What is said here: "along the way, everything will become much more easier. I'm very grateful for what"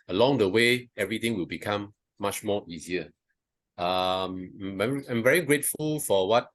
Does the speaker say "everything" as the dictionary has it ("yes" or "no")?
no